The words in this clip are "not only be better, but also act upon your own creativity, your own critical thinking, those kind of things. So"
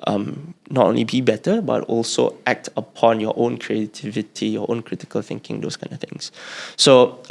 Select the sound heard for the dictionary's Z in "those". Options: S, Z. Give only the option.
S